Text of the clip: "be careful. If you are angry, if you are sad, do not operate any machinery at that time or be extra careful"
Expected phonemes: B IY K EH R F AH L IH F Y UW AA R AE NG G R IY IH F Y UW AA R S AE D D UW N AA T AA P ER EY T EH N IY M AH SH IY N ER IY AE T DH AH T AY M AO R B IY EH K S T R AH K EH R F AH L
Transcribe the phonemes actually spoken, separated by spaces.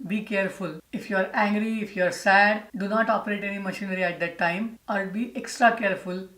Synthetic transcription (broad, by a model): B IY K EH R F AH L IH F Y UW AA R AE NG G R IY IH F Y UW AA R S AE D D UW N AA T AA P ER EY T EH N IY M AH SH IY N ER IY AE T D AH T AY M AO R B IY EH K S T R AH K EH R F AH L